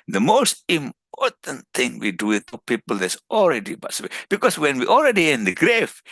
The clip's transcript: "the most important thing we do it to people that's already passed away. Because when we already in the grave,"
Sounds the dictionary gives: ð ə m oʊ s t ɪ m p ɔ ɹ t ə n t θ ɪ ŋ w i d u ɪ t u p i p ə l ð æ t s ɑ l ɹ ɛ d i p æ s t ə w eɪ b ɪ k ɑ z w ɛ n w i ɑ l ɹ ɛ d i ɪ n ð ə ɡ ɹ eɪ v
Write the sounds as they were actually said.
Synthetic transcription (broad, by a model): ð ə m oʊ s t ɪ m p ɔ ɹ t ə n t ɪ ŋ w i d u ɪ t u p i p ə l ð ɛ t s ɑ l ɹ ɛ d i b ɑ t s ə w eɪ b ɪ k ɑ s w ɛ n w i ɑ l ɹ ɛ d i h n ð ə ɡ ɹ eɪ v